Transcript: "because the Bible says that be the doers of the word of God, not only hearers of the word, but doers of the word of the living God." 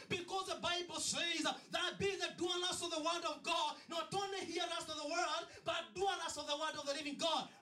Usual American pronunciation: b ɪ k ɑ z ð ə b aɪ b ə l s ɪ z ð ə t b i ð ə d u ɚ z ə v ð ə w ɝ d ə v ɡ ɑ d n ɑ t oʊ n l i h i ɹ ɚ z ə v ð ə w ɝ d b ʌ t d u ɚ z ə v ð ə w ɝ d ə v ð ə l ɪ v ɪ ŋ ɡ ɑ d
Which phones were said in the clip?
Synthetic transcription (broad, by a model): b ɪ k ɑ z ð ə b aɪ b l s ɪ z ð ə t b i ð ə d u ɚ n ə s ð ə w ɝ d ə v ɡ ɑ d n ɑ t oʊ n l i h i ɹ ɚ s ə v ð ə w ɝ d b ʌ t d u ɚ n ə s ð ə w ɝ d ə v ð ə n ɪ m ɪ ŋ ɡ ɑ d